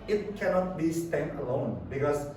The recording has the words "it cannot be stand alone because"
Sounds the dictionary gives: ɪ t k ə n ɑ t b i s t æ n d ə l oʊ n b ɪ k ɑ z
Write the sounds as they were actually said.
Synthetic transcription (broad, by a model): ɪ t k ə n ɑ t b i s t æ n ə l oʊ n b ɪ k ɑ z